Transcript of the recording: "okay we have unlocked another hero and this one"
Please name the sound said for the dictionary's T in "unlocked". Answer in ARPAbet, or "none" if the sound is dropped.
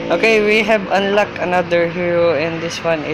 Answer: none